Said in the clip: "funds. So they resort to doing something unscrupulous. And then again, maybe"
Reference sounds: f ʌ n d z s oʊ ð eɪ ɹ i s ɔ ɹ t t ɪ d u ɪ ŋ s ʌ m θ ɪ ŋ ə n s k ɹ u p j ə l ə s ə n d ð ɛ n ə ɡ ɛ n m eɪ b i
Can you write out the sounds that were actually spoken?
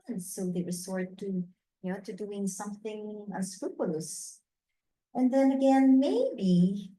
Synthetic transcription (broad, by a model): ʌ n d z s oʊ ð eɪ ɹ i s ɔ ɹ t t ɪ d u ɪ ŋ s ʌ m θ ɪ ŋ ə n s k ɹ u p j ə l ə s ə n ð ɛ n ə ɡ ɛ n m eɪ b i